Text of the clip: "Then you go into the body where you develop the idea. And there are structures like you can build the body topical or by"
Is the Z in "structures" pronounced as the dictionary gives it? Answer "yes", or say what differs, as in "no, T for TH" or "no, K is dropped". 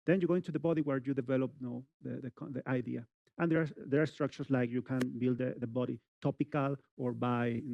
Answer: no, S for Z